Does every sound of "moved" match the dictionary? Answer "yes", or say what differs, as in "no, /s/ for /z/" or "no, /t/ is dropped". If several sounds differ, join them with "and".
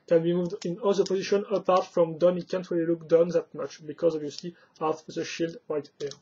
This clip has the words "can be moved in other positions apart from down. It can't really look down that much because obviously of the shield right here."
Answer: yes